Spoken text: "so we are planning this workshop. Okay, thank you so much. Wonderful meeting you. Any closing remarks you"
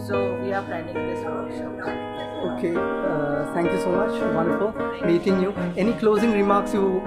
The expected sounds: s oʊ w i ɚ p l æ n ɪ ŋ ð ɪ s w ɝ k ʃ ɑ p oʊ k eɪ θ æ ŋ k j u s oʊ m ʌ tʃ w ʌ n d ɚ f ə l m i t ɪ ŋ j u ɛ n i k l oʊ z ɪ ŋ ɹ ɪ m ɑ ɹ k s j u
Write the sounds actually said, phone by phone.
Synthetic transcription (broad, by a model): s oʊ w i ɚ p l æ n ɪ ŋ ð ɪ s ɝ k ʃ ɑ oʊ k eɪ t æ ŋ k j u s oʊ m ʌ tʃ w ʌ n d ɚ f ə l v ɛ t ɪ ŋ j u ɛ n i k l oʊ z ɪ ŋ ɹ ɪ m ɑ ɹ k s j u